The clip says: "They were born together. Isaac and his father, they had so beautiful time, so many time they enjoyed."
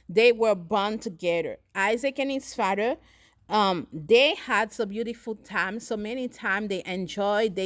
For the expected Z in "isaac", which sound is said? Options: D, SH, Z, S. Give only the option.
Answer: Z